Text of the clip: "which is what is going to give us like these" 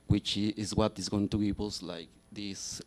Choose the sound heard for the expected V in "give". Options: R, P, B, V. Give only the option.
P